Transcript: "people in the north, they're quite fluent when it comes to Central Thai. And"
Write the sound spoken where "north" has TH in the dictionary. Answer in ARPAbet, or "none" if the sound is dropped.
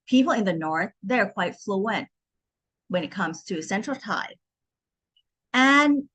TH